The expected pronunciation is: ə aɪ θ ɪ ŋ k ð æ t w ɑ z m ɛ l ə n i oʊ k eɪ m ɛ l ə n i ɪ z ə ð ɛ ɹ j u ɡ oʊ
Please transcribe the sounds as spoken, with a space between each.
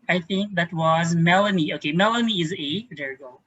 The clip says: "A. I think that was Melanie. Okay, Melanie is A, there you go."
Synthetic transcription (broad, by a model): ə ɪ θ ɪ ŋ k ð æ t w ɑ z m ɛ l ə n i oʊ k eɪ m ɛ l ə n i ɪ z ə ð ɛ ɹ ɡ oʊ